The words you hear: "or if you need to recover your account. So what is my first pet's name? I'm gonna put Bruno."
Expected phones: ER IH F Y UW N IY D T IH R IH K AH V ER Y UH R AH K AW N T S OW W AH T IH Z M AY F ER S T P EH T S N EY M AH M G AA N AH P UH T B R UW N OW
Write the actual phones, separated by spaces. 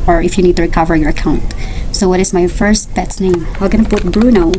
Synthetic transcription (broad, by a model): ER IH F Y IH N IY D T IH R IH K AH V ER Y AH R AH K AW N T S OW W AH T IH Z M AY F ER S T B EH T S N EY M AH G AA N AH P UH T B R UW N OW